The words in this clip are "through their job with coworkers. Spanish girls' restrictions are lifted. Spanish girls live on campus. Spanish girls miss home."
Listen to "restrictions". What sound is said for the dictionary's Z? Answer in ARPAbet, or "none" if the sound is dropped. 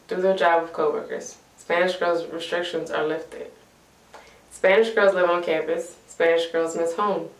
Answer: Z